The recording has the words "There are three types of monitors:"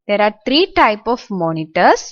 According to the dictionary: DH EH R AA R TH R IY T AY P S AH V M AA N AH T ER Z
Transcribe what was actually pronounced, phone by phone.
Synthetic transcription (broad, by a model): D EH R AA R T R IY T AY P AH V M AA N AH T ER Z